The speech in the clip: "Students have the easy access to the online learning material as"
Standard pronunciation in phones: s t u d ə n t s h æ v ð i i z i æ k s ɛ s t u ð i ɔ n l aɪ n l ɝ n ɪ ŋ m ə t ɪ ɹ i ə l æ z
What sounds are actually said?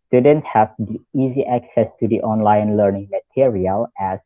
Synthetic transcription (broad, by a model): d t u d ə n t h æ v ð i i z i æ k s ɛ s t u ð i ɔ n l aɪ n l ɝ n ɪ ŋ m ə t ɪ ɹ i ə l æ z